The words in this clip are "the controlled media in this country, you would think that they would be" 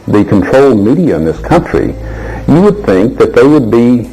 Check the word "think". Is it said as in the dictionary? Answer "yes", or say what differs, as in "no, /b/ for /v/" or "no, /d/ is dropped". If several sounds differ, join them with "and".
yes